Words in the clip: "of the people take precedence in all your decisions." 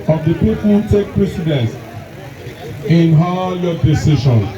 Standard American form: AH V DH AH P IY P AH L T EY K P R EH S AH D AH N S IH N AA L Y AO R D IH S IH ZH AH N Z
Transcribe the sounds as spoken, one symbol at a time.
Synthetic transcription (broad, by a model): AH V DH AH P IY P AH N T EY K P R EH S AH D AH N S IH N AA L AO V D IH S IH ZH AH N